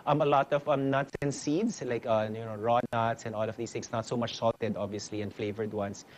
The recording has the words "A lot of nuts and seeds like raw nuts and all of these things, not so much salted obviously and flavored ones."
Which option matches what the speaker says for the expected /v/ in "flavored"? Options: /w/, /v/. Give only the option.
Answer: /v/